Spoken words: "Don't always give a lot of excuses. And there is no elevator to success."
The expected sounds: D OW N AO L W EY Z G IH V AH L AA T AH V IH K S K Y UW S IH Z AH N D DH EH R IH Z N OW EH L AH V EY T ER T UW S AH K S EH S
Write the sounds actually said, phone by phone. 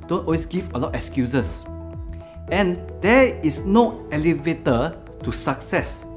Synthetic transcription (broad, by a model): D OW N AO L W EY S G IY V AH L AA T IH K S K Y UW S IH S AH N D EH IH S N OW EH L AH V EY T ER T UW S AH K S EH S